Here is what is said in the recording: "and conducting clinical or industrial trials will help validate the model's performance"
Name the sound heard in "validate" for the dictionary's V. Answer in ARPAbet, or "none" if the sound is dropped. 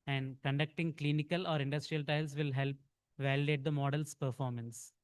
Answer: V